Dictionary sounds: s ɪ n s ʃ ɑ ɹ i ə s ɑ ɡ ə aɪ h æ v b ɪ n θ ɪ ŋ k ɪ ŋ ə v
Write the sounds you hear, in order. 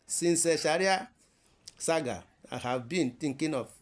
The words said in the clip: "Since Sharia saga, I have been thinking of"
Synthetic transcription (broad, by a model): s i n s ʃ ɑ ɹ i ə s ɑ ɡ ə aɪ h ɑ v b ɪ n t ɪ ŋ k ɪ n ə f